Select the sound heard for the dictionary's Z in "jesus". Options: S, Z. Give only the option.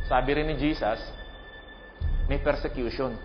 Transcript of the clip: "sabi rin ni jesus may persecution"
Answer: S